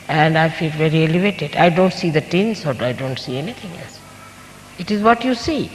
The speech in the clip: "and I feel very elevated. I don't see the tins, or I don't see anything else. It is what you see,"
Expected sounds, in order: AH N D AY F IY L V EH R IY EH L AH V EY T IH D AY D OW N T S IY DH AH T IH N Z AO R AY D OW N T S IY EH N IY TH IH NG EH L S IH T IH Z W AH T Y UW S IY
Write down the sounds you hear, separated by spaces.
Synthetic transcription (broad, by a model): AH N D AY F IY L V EH R IY EH L AH V EY T IH D AY D OW N T S IY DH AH T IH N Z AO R AY D OW N T S IY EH N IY T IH NG EH L S IH T IH Z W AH T Y UW S IY